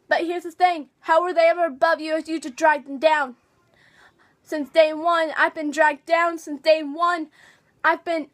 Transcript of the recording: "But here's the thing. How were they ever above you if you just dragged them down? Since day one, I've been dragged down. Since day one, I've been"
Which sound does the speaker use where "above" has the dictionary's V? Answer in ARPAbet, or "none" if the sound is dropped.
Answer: V